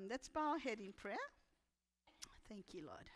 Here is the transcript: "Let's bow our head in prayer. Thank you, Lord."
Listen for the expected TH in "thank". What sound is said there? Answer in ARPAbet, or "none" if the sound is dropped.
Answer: TH